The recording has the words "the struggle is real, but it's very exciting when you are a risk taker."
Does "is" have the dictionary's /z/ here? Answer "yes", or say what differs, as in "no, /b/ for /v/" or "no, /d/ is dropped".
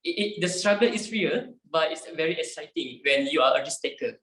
no, /s/ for /z/